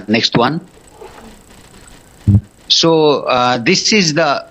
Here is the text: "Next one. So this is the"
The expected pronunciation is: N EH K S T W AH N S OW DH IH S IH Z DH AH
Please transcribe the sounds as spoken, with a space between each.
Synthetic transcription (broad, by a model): N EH K S T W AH N S OW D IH S IH Z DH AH